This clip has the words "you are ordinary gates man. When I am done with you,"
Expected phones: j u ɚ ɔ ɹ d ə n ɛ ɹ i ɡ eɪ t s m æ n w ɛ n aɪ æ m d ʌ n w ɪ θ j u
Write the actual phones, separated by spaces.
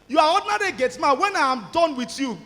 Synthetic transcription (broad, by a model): j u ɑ ɔ d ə n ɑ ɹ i ɡ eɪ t m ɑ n w ɛ n aɪ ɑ m d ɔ n w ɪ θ j u